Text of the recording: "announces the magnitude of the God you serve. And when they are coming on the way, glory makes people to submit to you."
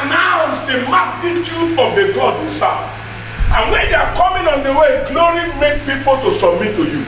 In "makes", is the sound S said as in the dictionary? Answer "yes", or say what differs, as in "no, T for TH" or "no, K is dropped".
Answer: no, S is dropped